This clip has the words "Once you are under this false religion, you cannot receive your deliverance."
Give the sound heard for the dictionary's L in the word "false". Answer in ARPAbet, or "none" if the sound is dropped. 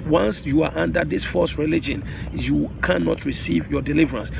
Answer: none